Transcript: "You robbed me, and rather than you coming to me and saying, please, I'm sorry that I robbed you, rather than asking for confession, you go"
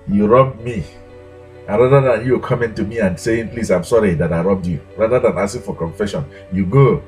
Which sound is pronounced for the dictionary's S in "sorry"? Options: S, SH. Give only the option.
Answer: S